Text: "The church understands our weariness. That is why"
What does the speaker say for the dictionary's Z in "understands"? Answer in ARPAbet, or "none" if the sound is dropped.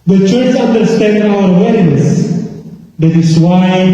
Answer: none